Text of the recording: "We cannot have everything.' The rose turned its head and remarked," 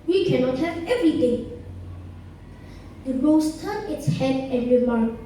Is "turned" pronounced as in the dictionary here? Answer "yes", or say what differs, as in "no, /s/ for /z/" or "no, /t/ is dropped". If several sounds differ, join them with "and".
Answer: no, /d/ is dropped